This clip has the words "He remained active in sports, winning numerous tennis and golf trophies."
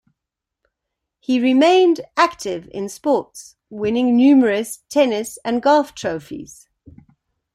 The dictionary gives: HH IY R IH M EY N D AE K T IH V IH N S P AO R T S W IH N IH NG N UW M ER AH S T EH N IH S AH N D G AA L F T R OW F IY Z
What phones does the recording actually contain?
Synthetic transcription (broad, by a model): HH IY R IH M EY N D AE K T IH V IH N S P AO T S W IH N IH NG N UW M ER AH S T EH N IH S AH N G AA F T R OW F IY Z